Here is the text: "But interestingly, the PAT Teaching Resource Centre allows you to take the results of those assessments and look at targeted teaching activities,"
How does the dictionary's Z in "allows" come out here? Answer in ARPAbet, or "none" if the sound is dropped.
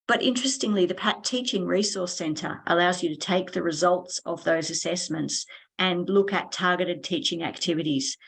Z